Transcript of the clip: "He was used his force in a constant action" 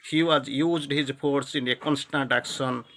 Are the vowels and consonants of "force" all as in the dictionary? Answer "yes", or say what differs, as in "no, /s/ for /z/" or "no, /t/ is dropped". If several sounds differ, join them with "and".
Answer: no, /p/ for /f/